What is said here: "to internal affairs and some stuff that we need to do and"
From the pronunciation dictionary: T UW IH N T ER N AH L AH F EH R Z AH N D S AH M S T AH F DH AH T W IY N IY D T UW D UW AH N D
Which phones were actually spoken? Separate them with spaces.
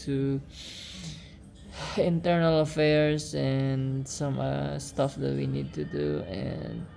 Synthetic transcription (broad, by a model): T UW IH N T ER N AH L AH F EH R S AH N S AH M S T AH F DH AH T W IY N IY D T UW D UW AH N